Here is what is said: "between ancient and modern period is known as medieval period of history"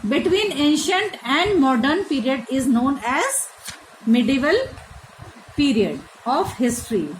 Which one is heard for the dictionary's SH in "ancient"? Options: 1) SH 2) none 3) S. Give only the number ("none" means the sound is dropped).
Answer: 1